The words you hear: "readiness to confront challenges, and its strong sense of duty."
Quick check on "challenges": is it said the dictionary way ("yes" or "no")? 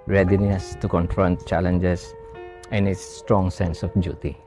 no